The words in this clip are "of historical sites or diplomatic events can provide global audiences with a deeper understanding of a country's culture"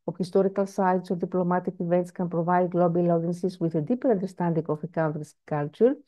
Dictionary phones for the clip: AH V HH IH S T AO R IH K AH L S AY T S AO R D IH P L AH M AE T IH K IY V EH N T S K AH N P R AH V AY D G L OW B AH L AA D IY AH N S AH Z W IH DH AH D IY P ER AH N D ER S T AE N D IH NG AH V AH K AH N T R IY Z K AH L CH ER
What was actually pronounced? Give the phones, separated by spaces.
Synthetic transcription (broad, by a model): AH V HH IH S T AO R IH K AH L S AY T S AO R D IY P L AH M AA T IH K IY V EH N T S K AH N P R AH V AY D G L OW B AH L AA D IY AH N S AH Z W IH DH AH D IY P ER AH N D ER S T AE N D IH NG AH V AH K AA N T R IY S K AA L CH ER